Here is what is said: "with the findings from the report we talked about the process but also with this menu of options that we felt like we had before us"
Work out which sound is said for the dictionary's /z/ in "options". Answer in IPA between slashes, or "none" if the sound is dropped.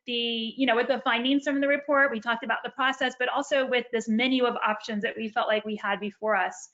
/z/